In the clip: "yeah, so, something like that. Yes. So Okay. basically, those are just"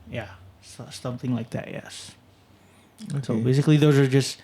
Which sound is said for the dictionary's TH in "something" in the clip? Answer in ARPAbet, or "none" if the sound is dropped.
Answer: TH